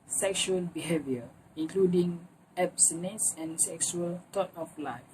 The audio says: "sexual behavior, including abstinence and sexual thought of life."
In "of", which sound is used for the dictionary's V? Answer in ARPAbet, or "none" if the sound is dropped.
F